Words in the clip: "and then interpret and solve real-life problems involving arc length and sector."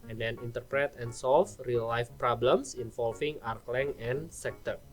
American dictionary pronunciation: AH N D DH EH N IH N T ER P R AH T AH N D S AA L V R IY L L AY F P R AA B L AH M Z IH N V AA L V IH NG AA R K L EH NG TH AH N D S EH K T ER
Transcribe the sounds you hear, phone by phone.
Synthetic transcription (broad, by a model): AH N D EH N IH N T ER P R AH T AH N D S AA L F R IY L L AY F P R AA B L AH M S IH N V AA L F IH NG AA R K L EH NG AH N S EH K T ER